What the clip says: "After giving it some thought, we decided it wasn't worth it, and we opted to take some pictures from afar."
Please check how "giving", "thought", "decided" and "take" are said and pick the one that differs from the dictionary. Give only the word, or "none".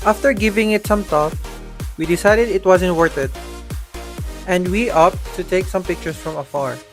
thought